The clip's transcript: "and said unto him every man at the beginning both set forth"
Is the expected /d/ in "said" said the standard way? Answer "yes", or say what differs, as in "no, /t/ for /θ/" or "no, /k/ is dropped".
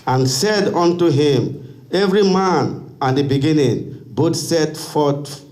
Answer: yes